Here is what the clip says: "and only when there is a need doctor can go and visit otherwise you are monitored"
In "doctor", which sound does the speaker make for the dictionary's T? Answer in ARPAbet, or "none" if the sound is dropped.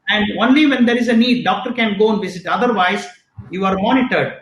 T